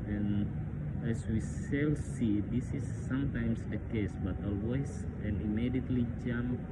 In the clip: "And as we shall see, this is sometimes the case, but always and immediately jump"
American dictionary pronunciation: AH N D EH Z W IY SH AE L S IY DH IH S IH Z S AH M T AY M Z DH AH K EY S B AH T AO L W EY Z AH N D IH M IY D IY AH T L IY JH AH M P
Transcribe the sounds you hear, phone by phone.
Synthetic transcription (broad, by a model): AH N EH S W IY S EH L S IY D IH S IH S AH M T AY M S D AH K EY S B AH T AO L W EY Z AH N IH M IY D IY AH T L IY JH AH M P